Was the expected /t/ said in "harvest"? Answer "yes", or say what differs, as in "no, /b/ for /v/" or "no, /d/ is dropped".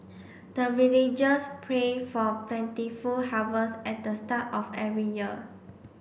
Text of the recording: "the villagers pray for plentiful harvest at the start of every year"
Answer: no, /t/ is dropped